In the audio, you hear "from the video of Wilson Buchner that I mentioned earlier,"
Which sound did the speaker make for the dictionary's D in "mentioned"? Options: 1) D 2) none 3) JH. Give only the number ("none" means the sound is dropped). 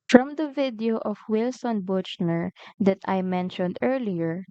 1